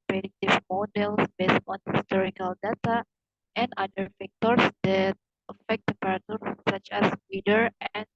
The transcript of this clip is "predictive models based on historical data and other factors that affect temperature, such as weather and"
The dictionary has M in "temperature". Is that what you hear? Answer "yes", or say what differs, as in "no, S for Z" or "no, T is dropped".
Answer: no, M is dropped